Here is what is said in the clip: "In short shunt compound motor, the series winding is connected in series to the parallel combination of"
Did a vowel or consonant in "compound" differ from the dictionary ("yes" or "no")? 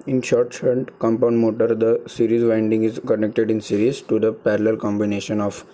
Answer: no